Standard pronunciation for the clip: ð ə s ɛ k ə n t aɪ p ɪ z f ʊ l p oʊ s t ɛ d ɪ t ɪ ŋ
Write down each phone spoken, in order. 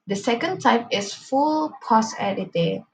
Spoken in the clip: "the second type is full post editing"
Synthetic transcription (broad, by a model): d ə s ɛ k ə n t aɪ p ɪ s f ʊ l p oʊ s ɛ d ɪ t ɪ